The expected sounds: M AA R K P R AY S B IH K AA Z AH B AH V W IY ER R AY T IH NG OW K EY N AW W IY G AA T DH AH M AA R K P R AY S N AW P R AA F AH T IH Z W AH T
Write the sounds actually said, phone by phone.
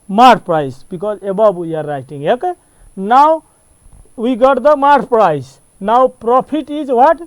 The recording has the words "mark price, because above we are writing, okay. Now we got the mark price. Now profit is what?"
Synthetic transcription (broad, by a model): M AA R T P R AY S B IH K AA Z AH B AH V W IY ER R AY T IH NG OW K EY N AW W IY G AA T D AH M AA R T P R AY S N AW P R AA P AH T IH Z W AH T